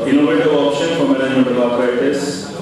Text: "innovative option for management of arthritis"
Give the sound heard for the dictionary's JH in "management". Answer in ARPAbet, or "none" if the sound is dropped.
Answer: none